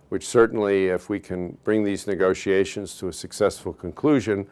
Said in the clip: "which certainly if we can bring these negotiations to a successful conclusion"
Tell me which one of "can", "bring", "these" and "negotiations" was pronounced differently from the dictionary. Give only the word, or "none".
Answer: none